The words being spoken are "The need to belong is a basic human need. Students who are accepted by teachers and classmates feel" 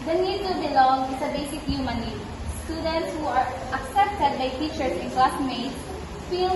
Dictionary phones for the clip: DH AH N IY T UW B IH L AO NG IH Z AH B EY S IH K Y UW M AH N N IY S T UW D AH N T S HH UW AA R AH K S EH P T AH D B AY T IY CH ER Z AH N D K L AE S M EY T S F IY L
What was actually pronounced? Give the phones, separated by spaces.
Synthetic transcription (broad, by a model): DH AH N IY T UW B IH L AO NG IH S AH B EY S IH K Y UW M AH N N IY S T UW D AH N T S HH UW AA R AH K S EH P T AH D B AY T IY CH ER S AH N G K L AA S M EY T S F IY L